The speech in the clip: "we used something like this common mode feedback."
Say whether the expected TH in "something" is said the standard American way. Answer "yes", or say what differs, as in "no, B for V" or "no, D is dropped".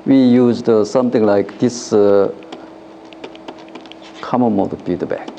no, T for TH